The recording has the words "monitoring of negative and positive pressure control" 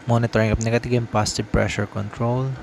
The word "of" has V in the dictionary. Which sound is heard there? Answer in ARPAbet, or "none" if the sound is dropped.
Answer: P